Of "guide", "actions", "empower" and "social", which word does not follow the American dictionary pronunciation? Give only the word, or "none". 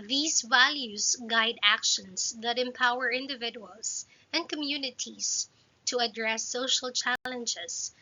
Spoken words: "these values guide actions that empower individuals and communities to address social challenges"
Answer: actions